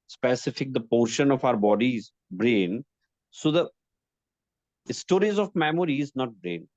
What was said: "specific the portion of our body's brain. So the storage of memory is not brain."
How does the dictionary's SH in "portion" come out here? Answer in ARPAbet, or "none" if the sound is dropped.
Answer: SH